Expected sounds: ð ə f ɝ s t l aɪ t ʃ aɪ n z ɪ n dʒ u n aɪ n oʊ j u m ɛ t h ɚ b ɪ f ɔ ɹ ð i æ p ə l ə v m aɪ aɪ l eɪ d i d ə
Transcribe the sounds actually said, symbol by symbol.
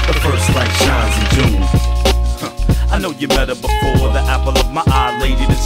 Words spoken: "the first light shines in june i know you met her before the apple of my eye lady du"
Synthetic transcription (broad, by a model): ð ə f ɝ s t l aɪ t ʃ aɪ z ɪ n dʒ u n aɪ n oʊ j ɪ m ɛ t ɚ b ɪ f ɔ ɹ ð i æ p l ə v m aɪ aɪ l eɪ d i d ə